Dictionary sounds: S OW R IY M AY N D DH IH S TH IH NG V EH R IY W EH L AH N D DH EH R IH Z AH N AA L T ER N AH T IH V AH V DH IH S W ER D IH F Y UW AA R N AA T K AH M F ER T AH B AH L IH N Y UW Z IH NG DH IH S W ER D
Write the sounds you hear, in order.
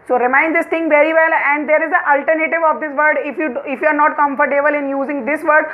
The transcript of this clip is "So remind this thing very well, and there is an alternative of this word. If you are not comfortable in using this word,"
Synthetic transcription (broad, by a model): S OW R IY M AY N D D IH S T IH NG V EH R IY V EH L AH N D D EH R IH Z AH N AA L T ER N AH T IH V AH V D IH S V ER D IH F Y UW AA R N AA T K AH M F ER T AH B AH L IH N Y UW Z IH NG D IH S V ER D